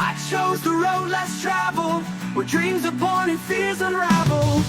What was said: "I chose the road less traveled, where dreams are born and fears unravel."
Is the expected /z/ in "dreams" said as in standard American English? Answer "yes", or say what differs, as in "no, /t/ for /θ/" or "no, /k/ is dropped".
yes